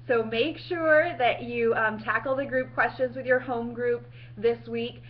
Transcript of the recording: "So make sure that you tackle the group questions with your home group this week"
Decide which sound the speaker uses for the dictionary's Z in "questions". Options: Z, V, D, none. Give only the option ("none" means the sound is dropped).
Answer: Z